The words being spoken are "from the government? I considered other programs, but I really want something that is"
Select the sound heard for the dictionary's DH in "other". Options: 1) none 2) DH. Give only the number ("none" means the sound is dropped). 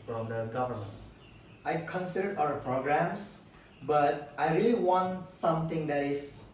1